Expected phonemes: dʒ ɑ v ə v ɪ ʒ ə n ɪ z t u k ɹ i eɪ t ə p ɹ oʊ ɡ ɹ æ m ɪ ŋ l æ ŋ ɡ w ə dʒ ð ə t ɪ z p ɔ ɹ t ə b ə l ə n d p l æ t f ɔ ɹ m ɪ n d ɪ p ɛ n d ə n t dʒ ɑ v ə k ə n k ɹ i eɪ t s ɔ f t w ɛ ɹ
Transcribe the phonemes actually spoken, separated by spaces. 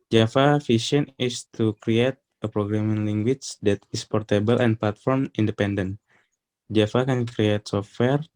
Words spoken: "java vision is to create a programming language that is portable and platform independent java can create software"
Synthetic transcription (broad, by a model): dʒ ɑ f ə f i ʃ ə n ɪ s t u k ɹ i eɪ t ə p ɹ oʊ ɡ ɹ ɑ m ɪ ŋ l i ŋ ɡ w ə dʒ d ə t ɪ s p ɔ ɹ t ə b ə l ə n p l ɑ t f ɔ ɹ m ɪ n d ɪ p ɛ n d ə n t dʒ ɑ f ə k ə n k ɹ i eɪ t s ɔ f t w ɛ ɹ